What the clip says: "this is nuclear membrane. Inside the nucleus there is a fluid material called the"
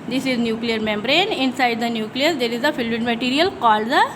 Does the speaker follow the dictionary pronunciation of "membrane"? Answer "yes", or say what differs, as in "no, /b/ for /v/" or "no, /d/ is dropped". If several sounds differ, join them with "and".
yes